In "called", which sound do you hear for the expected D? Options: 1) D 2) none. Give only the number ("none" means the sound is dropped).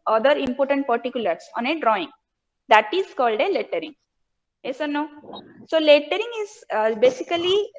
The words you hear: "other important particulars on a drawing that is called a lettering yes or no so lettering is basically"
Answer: 1